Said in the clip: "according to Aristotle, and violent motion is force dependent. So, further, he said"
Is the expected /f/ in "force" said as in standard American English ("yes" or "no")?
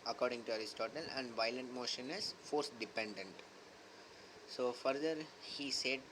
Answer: yes